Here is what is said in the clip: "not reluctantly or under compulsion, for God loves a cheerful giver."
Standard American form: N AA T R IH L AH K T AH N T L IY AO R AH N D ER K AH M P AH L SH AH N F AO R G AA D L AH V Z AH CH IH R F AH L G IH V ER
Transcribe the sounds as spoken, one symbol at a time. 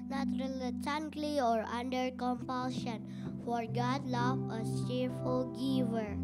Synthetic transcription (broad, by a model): N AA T R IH L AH T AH N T L IY AO R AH N D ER K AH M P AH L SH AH N F AO R G AA D L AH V AH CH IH R F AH L G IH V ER